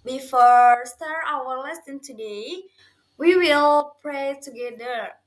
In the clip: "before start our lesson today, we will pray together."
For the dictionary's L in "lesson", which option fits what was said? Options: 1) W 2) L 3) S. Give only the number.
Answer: 2